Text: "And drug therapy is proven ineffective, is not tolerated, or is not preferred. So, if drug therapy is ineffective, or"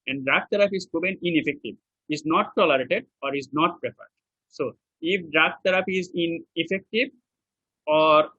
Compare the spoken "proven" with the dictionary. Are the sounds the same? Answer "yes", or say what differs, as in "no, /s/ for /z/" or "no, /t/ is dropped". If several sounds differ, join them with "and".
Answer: no, /b/ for /v/